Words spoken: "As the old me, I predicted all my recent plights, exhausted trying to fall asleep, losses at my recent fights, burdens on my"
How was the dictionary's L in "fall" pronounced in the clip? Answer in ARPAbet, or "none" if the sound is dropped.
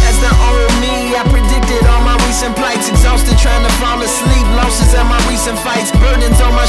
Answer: N